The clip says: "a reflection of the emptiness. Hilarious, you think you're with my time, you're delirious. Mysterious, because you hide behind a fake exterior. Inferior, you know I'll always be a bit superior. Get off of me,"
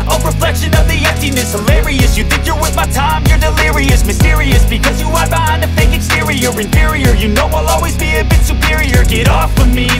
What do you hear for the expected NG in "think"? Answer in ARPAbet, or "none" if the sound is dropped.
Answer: NG